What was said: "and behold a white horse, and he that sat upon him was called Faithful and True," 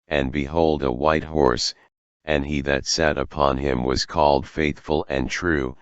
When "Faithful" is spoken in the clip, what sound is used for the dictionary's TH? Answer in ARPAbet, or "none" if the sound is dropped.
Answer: TH